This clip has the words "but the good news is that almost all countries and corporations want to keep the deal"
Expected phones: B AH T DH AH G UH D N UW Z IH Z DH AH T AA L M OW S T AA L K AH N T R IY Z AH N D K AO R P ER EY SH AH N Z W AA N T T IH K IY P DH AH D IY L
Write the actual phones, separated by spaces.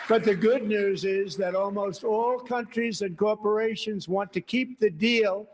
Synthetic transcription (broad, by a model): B AH T DH AH G UH D N UW Z IH Z DH AH T AA L M OW S T AA L K AH N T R IY Z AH N K AO R P ER EY SH AH N Z W AA N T T IH K IY P DH AH D IY L